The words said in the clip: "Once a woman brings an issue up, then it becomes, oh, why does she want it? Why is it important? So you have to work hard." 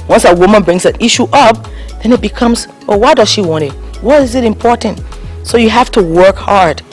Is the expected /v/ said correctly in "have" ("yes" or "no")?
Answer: no